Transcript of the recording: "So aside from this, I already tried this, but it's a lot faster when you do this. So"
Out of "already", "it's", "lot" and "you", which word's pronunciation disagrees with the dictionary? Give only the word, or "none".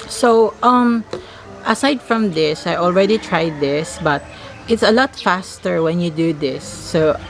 none